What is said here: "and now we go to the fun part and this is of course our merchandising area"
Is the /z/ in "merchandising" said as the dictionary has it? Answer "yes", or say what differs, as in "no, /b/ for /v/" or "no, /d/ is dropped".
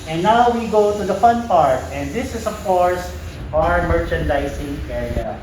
no, /s/ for /z/